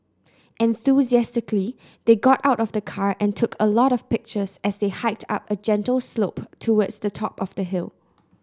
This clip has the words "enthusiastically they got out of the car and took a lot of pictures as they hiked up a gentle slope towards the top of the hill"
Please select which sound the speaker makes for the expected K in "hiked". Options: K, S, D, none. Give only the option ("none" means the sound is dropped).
K